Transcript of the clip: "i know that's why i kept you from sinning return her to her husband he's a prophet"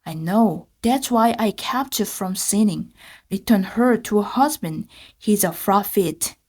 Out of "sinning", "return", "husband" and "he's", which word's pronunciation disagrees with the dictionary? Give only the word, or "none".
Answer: none